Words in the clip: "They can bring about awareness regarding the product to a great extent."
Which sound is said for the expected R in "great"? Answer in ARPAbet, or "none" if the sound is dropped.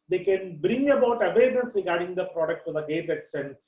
none